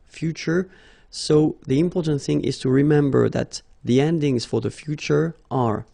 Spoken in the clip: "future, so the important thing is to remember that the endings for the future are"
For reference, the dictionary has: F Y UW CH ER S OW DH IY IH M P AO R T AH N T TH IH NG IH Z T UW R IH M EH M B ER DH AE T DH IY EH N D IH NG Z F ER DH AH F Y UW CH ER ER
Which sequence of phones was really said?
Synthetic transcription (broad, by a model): F Y UW CH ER S OW DH IY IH M P AO R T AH N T TH IH NG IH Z T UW R IH M EH M B ER DH AE T DH IY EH N D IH NG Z F ER DH AH F Y UW CH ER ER